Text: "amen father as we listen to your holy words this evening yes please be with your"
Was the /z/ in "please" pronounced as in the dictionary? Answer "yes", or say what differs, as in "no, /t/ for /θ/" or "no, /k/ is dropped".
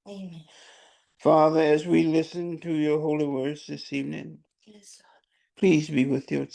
yes